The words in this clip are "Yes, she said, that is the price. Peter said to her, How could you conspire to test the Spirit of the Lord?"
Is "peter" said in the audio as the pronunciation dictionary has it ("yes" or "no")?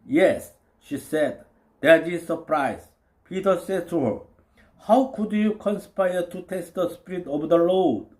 yes